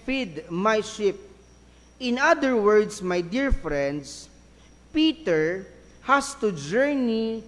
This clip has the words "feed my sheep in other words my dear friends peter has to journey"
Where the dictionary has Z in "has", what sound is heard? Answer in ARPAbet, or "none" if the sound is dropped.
S